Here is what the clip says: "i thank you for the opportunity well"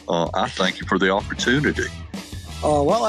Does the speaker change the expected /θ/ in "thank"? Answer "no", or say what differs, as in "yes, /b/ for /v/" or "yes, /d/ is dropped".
no